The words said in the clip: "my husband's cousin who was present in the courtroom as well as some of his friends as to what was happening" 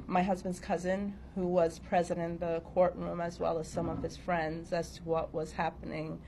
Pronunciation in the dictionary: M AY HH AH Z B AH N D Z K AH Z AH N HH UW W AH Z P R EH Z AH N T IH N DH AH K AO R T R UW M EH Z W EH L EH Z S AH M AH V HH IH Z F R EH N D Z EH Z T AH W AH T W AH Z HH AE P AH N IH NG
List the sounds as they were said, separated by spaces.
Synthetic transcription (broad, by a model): M AY HH AH Z B AH N D Z K AH Z AH N HH UW W AH Z P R EH Z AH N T IH N DH AH K AO R T R UW M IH Z W EH L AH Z S AH M AH V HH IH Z F R EH N D Z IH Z T AH W AH T W AH Z HH AE P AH N IH NG